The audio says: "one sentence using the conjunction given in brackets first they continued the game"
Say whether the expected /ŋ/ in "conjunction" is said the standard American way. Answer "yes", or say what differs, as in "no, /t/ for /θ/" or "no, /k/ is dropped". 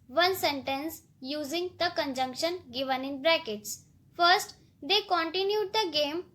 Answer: yes